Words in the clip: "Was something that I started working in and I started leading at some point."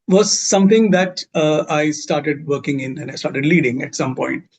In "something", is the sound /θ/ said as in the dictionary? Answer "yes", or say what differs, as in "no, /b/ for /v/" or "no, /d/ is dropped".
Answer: no, /t/ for /θ/